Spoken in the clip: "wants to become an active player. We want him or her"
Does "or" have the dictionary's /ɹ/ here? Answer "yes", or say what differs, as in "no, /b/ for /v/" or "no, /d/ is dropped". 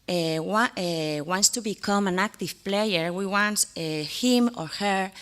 yes